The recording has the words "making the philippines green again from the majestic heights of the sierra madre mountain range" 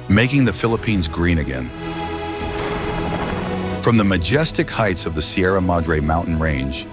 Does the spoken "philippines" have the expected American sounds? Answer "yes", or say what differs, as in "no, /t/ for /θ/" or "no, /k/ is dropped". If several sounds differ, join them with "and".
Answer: yes